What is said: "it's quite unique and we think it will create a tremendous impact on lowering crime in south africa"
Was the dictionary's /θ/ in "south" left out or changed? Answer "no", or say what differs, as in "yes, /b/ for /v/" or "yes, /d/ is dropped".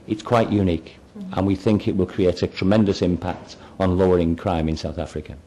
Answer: no